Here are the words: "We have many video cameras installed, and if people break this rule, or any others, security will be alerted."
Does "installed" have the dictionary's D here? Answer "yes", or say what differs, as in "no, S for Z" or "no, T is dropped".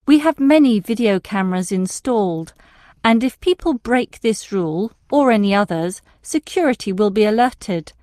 yes